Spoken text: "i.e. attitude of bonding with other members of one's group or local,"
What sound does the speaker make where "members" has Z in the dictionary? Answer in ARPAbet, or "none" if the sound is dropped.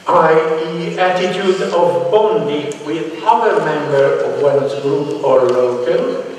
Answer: none